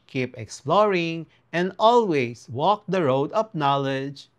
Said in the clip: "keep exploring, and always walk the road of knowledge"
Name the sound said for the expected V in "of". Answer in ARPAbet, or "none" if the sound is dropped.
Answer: P